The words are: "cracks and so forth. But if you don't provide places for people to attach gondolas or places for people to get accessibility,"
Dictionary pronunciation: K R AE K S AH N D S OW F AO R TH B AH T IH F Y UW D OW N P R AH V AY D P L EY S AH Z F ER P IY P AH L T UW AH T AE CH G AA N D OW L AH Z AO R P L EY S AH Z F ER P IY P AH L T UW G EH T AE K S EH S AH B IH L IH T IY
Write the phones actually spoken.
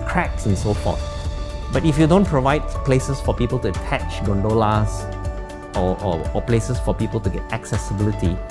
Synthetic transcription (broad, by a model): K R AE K S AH N S OW F AO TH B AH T IH F Y UW D OW N P R AH V AY D P L EY S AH S F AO P IY P AH L T UW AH T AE CH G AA N D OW L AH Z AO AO P L EY S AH S F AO P IY P AH L T UW G EH T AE K S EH S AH B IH L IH T IY